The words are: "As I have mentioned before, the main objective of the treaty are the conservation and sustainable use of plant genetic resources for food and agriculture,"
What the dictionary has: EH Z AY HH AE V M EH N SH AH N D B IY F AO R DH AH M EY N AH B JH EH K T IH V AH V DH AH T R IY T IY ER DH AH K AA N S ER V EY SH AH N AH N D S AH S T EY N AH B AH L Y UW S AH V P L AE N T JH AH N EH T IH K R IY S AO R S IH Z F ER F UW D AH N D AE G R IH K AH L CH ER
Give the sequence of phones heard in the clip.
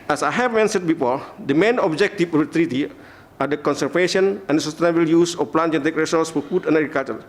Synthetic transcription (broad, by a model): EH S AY HH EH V M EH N S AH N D B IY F AO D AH M EY N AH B JH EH K T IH F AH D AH T R IY T IY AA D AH K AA N S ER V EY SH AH N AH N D S AH S T EY N AH B AH L Y UW S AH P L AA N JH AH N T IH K R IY S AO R S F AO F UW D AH N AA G R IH K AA L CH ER